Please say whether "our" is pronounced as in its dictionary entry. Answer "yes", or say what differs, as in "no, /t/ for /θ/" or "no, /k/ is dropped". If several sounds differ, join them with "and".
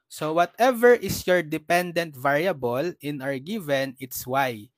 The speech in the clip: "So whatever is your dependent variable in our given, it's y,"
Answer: yes